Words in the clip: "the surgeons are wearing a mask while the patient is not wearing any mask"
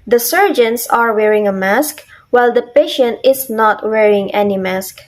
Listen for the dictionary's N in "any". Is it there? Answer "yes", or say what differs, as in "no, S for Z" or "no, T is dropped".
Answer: yes